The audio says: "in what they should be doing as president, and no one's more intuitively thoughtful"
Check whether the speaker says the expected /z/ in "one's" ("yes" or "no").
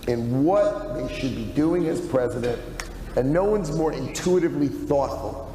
yes